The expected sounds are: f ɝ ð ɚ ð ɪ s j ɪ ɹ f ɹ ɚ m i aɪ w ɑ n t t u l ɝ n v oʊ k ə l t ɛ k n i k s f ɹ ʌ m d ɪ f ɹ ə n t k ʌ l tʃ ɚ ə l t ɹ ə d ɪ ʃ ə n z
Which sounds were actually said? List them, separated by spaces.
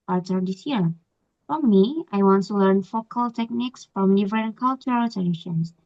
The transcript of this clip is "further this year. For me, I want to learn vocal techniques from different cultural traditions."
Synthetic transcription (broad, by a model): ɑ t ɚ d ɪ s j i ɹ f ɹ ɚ m i aɪ w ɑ n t t u l ɝ n f oʊ k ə l t ɛ k n i k s f ɹ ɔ m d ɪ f ɹ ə n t k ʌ l tʃ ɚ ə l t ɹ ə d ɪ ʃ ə n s